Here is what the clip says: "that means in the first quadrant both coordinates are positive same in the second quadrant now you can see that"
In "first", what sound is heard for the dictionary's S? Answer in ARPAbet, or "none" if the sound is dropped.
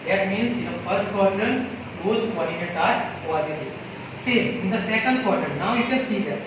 S